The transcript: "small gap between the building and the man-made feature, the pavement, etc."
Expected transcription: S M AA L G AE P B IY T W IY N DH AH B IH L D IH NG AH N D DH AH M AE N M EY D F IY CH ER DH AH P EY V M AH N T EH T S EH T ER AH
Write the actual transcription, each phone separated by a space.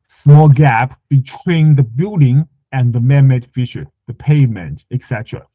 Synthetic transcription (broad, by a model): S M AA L G AE P B IY T W IY N DH AH B IH L D IH NG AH N DH AH M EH M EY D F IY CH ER DH AH P EY M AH N T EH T S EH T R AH